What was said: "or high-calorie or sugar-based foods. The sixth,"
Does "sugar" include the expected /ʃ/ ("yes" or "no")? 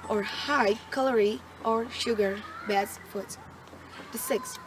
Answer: yes